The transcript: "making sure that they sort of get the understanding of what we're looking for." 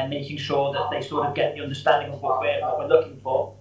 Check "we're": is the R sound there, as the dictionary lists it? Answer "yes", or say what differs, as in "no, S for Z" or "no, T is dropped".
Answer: no, W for R